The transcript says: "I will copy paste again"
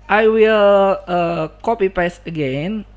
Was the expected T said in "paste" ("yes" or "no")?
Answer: no